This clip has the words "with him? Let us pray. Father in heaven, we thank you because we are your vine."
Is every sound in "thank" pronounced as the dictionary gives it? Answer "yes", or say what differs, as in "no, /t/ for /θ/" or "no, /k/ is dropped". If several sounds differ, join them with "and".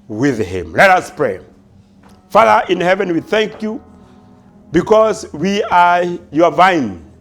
yes